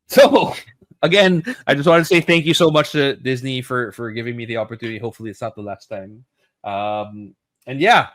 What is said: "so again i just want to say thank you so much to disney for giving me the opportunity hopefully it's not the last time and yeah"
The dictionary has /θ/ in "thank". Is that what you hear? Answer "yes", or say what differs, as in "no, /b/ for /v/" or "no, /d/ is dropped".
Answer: yes